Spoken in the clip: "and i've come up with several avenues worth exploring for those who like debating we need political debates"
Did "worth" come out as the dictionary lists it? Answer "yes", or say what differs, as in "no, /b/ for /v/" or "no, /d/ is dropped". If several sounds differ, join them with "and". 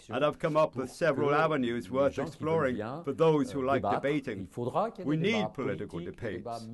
yes